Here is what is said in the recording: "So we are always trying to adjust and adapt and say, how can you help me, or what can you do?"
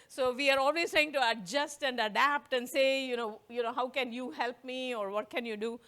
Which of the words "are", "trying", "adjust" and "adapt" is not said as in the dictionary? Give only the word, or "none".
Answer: none